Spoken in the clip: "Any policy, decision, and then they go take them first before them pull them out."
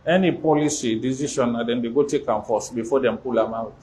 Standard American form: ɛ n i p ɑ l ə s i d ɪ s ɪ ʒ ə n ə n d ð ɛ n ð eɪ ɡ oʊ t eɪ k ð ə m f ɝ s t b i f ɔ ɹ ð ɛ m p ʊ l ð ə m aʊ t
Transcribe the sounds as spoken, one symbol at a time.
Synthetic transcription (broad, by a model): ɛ n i p ɑ l ə s i d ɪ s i ʃ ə n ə d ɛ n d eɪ ɡ oʊ t eɪ k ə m f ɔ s b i f ɔ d ɛ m p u l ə m aʊ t